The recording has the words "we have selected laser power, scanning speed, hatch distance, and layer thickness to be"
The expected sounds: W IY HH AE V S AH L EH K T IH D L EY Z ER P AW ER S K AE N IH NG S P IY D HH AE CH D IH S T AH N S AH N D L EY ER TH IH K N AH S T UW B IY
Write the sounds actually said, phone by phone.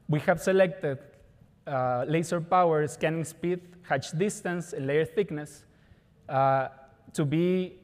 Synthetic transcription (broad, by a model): W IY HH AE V S AH L EH K T IH D L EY S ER P AW ER S K AE N IH NG S P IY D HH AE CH D IH S T AH N S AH N L EY ER TH IH K N AH S T UW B IY